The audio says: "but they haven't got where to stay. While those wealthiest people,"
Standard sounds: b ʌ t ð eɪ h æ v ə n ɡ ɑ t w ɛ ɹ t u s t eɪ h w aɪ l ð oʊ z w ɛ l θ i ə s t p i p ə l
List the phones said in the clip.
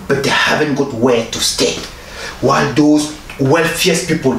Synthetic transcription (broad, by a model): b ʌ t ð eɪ h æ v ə n ɡ ɑ t w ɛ t u s t eɪ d w aɪ l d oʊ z w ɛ l f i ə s p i p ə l